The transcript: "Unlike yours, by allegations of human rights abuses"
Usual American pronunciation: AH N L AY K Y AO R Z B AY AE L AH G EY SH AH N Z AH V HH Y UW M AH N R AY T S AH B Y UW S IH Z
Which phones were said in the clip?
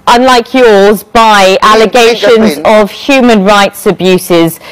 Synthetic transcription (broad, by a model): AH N L AY K Y AO Z B AY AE L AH G EY SH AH N Z AH V HH Y UW M AH N R AY T S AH B Y UW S IH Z